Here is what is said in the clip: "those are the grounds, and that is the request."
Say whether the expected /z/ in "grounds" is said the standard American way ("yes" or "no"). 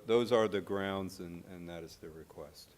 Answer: yes